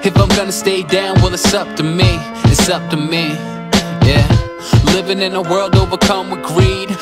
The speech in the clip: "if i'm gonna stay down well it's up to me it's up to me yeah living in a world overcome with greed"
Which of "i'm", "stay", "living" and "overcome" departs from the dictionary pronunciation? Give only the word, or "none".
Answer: overcome